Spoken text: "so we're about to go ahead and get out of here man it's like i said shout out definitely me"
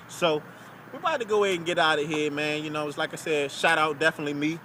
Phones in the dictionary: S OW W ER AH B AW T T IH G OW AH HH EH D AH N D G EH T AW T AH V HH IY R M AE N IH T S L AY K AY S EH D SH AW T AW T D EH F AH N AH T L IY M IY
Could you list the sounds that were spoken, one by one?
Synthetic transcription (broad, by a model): S OW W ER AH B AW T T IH G OW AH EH AH N G EH T AW T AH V HH IY R M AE N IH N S L AY K AY S EH D SH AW T AW T D EH F AH N AH T L IY M IY